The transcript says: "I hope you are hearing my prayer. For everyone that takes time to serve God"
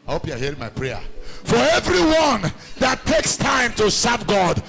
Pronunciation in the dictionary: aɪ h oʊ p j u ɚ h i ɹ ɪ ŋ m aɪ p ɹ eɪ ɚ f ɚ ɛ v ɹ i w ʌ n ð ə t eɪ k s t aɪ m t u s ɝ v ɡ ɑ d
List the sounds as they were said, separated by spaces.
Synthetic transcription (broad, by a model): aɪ h oʊ p j u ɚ h i ɹ ɪ ŋ m aɪ p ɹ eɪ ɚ f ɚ ɛ v ɹ i w ʌ n ð ə t eɪ k s t aɪ m t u s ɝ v ɡ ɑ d